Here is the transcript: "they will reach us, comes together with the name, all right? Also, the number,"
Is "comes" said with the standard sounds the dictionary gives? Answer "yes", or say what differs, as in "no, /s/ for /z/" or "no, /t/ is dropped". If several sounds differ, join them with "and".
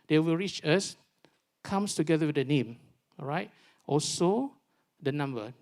no, /s/ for /z/